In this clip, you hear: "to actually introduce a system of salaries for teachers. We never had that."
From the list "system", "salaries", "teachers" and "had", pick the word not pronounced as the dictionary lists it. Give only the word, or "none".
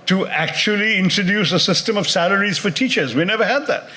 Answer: none